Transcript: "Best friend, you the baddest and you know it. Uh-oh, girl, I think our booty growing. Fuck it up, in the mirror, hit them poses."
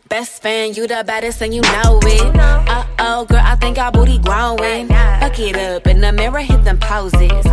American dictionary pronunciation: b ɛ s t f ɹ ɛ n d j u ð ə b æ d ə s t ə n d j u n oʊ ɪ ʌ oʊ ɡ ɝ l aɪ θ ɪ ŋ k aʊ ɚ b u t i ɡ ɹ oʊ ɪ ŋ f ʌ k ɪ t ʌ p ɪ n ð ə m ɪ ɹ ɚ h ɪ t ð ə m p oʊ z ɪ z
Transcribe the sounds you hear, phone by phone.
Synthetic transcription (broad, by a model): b ɛ s t f æ n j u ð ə b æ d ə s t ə n j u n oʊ ɪ ʌ oʊ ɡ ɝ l aɪ θ ɪ ŋ k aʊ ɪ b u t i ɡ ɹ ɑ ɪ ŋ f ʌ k ɪ t ʌ p ɪ n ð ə m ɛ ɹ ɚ h ɪ t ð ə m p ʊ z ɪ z